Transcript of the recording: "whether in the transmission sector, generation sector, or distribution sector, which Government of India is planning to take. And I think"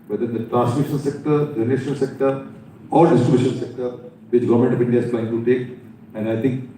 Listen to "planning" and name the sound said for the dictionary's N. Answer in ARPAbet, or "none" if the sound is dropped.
none